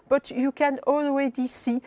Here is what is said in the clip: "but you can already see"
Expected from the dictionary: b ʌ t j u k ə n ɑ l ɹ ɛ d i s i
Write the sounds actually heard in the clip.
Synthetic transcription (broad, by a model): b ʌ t j u k ə n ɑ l w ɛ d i s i